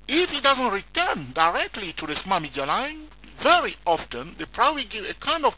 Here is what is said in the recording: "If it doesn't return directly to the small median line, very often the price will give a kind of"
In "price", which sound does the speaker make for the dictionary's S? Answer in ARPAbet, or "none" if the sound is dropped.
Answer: none